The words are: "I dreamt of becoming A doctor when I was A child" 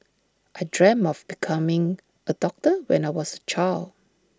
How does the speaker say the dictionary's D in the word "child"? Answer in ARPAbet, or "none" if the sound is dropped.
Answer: none